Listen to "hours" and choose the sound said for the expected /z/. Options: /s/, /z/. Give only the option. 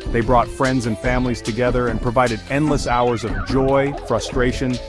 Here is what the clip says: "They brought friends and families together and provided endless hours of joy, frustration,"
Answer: /z/